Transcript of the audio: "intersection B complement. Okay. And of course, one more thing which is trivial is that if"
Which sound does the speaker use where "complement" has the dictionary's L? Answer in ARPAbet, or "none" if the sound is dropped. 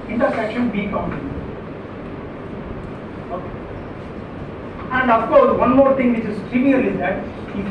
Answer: none